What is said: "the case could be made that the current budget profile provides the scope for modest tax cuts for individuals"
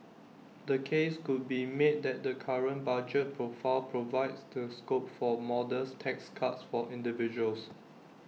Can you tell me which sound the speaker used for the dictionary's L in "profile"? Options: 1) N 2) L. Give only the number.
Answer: 2